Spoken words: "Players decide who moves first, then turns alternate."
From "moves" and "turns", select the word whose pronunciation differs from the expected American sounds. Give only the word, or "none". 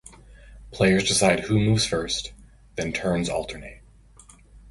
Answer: none